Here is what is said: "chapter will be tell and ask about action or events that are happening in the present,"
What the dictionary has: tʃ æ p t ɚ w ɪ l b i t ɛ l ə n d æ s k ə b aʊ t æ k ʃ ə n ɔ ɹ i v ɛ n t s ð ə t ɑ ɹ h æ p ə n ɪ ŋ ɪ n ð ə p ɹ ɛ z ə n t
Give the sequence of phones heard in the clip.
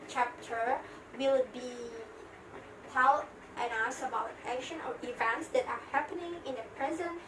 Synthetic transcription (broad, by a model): tʃ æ p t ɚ w ɪ l b i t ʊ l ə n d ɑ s ə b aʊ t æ k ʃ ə n ɔ ɹ i v ɛ n t s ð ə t ɑ ɹ h æ p ə n ɪ ŋ ɪ n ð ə p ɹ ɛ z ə n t